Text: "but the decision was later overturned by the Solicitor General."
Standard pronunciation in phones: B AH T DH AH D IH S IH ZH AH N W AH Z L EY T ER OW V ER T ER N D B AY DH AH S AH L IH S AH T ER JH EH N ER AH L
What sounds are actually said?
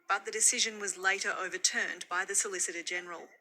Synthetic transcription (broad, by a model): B AH T DH AH D IH S IH ZH AH N W AH Z L EY T ER OW V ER T ER N B AY DH AH S AH L IH S AH T ER JH EH N ER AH L